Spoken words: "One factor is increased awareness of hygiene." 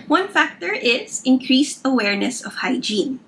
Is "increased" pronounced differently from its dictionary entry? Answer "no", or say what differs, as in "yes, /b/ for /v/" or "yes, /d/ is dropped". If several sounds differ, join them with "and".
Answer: no